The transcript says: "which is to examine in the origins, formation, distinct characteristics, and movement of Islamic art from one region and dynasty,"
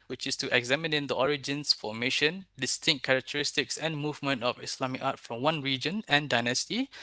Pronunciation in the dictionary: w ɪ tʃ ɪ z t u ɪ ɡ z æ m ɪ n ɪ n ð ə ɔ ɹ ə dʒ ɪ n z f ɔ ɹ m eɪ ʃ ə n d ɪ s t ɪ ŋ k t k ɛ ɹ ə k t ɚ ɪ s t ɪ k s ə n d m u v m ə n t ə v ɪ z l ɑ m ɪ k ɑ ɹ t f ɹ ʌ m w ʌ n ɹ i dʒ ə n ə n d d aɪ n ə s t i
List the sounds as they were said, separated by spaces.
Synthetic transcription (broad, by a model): w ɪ tʃ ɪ s t u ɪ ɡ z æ m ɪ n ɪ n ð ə ɔ ɹ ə dʒ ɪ n s f ɔ m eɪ ʃ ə n d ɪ s t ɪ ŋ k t k ɛ ɹ ə k t ɚ ɪ s t ɪ k s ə n m u v m ə n t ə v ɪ s l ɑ m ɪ k ɑ t f ɹ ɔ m w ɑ n ɹ i dʒ ə n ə n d d aɪ n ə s t i